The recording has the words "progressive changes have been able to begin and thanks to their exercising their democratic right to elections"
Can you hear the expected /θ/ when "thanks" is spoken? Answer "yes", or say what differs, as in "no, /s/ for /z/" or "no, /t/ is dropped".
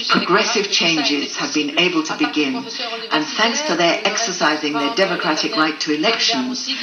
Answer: yes